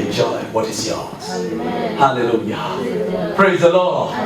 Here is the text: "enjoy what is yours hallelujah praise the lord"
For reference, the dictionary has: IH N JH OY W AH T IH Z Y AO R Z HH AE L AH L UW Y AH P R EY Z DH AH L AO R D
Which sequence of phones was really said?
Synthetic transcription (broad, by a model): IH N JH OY W AH T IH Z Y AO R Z HH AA L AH L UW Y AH P R EY Z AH L AO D